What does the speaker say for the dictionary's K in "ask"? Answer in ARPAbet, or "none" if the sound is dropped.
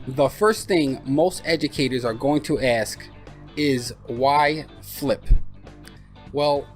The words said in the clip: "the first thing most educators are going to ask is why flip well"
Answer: K